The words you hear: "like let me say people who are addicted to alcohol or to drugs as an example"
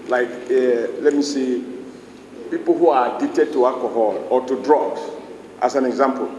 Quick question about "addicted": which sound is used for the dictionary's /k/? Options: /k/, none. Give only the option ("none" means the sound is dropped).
none